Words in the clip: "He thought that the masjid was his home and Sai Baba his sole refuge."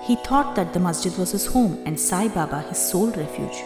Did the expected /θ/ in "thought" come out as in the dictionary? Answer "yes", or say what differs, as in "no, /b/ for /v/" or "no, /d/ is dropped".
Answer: no, /t/ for /θ/